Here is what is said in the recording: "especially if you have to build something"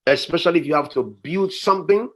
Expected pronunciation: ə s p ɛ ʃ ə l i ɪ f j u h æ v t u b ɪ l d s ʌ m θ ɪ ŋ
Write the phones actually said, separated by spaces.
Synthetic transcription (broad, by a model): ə s p ɛ ʃ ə l i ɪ f j u h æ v t u b ɪ l d s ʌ m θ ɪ ŋ